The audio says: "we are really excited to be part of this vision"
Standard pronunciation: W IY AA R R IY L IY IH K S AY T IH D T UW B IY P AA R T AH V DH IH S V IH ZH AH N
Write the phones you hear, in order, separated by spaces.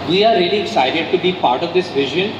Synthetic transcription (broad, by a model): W IY AA R R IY L IY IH S AY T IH D T UW B IY P AA R T AH V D IH S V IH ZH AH N